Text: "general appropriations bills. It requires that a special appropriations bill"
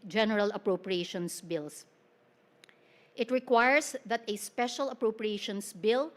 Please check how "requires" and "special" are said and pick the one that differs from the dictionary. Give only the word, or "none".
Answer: requires